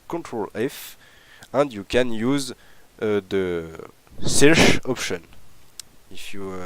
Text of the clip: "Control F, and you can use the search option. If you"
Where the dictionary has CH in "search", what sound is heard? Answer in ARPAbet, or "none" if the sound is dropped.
SH